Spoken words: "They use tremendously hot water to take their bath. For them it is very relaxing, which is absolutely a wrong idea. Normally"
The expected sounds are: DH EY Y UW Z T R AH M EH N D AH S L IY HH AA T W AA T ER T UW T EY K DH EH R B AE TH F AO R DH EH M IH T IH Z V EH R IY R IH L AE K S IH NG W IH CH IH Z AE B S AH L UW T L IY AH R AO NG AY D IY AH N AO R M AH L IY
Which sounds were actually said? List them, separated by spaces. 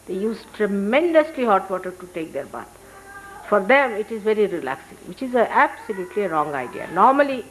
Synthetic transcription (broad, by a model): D EY Y UW Z T R AH M EH N D AH S L IY HH AA T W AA T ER T UW T EY K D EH R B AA T F AO R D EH M IH T IH Z V EH R IY R IH L AE K S IH NG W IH CH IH Z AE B S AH L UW T L IY AH R AO NG AY D IY AH N AO R M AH L IY